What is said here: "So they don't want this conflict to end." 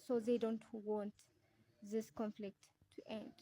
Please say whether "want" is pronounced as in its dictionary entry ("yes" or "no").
yes